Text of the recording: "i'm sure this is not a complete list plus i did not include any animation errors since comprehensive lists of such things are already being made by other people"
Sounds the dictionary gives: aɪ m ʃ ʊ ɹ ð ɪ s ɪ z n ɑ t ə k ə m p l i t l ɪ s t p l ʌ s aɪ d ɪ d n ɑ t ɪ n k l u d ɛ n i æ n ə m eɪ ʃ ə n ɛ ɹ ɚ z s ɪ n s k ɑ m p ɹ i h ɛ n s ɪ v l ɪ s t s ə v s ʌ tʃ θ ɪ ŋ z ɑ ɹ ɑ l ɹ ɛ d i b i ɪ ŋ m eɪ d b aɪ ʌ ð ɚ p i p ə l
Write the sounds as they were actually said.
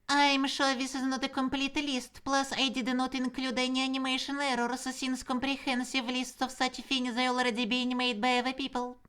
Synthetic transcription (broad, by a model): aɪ m ʃ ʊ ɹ ð ɪ s ɪ z n ɑ t ə k ə m p l i t l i s t p l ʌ s aɪ d ɪ d n ɑ t ɪ n k l u d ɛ n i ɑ n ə m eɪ ʃ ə n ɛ ɹ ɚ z s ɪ n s k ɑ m p ɹ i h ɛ n s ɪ v l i s t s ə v s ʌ tʃ f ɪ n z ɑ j ɑ l ɹ ɛ d i b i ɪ m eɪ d b aɪ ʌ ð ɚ p i p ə l